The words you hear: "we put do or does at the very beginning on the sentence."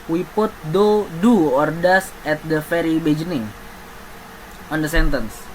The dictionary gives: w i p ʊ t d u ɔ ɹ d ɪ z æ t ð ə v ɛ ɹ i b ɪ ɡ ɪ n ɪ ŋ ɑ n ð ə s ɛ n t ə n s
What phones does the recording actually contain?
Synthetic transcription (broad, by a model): w i p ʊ t d u ɔ ɹ d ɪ s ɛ t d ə f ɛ ɹ i b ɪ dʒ n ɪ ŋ ɑ n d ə s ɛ n t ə n s